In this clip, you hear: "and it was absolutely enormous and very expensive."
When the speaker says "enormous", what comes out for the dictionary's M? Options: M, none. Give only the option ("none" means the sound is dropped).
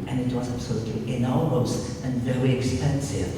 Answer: none